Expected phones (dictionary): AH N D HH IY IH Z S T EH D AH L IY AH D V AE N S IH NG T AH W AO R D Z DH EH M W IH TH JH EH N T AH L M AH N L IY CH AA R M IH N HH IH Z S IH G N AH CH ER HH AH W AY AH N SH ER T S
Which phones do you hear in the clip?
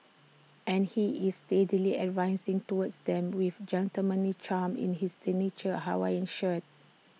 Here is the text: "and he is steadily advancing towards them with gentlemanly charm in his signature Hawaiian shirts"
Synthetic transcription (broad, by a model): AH N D HH IY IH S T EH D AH L IY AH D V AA N S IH NG T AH W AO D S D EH M W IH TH JH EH N T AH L M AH N IY CH AA M IH N HH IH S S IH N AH CH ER HH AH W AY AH N SH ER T